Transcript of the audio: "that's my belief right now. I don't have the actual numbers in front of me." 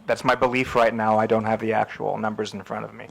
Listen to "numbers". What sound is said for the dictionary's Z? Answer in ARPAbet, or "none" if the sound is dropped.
Z